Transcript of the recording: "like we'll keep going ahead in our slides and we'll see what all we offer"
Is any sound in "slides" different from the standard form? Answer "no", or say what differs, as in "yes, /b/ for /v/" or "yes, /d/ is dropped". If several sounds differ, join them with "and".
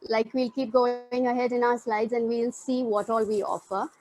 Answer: no